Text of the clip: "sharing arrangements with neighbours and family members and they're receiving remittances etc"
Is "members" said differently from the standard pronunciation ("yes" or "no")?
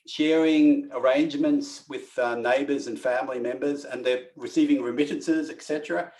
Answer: no